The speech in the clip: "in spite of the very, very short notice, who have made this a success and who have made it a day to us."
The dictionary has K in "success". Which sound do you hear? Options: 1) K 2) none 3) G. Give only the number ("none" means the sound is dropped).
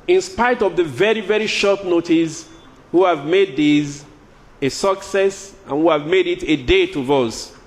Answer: 1